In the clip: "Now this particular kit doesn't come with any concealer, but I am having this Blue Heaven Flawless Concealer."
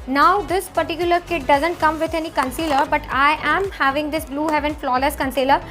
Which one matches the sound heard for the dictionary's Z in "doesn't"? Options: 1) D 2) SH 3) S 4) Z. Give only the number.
4